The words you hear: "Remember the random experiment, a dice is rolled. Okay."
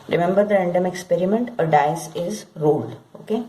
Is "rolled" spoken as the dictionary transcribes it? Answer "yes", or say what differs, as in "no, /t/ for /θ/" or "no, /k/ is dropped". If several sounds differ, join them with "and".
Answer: no, /d/ is dropped